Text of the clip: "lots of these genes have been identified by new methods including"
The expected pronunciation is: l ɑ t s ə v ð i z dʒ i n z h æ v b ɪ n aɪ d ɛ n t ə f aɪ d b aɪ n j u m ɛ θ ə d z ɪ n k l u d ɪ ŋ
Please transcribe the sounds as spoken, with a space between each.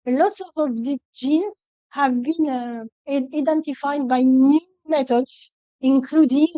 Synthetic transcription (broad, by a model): l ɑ t s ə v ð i dʒ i n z h æ v b ɪ n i d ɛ n t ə f aɪ d b aɪ n j u m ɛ t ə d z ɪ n k l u d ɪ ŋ